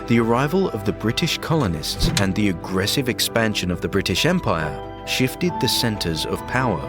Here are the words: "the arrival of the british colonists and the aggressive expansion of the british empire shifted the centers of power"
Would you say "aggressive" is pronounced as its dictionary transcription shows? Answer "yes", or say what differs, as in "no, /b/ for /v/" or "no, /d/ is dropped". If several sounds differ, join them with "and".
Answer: yes